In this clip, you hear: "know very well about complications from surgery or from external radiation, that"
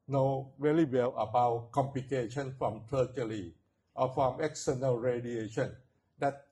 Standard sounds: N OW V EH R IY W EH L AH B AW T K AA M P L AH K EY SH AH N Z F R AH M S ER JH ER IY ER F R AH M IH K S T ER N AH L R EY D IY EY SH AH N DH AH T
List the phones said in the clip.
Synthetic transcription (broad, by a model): N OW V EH L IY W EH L AH B AW T K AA M P L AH K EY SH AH N F R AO M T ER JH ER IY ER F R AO M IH K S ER N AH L R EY D IY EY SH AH N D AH T